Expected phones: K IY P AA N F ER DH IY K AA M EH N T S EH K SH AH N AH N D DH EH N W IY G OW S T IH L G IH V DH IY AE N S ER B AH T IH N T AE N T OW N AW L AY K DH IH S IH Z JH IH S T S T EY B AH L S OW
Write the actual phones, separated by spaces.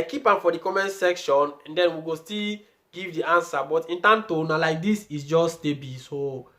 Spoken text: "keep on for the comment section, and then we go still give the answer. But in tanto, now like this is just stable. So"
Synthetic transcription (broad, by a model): K IY P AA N F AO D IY K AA M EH N S EH K SH AH N AH N D EH N W IY G OW S T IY L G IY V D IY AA N S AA B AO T IH N T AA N T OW N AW L AY K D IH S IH S JH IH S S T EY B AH S OW